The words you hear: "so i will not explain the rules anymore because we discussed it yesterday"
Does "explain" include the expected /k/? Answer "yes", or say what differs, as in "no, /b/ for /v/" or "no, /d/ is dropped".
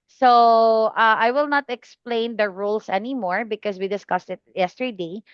yes